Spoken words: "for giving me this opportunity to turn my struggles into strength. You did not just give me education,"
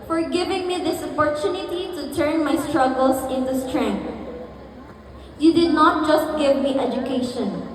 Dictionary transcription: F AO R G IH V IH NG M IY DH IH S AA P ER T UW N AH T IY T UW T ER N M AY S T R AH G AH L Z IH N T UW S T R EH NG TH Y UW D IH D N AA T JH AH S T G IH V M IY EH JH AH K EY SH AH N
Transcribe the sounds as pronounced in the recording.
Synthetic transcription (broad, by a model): F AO R G IH V IH NG M IY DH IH S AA P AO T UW N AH T IY T UW T ER N M AY S T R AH G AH L S IH N T UW S T R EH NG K Y UW D IH D N AA T JH AH S T G IH V M IY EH JH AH K EY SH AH N